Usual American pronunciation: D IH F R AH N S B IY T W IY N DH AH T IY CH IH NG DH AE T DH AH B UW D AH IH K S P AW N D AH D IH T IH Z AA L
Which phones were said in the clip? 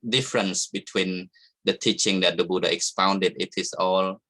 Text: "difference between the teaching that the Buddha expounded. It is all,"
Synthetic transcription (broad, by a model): D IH F R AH N S B IY T W IY N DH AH T IY CH IH NG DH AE T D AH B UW D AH IH K S P AW N D AH D IH T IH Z AA L